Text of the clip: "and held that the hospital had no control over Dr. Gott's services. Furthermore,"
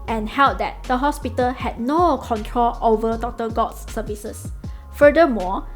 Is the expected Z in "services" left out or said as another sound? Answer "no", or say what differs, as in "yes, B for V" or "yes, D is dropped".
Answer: yes, S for Z